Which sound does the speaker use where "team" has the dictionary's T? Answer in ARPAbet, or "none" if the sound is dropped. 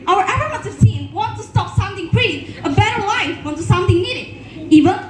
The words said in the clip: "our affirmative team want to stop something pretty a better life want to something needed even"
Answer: S